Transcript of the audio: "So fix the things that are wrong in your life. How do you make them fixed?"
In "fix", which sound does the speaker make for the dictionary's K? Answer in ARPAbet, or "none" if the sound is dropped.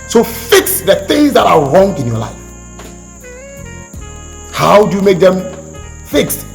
K